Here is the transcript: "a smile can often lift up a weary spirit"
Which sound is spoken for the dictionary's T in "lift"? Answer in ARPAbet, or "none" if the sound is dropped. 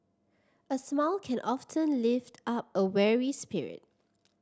T